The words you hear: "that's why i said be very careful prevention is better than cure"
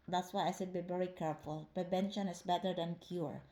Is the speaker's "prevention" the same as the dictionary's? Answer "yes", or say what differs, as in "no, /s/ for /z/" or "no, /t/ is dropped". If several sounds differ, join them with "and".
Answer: no, /b/ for /v/